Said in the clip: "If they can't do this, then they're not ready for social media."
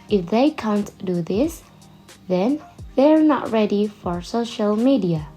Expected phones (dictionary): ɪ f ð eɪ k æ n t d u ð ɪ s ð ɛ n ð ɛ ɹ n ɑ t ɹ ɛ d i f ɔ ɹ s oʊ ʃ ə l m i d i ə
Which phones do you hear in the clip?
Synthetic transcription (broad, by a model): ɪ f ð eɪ k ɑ n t d u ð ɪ s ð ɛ n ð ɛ ɹ n ɑ t ɹ ɛ d i f ɔ ɹ s oʊ ʃ ə l m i d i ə